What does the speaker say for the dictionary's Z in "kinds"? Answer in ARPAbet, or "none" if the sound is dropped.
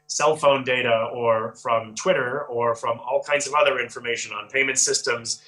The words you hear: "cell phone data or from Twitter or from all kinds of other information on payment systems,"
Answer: Z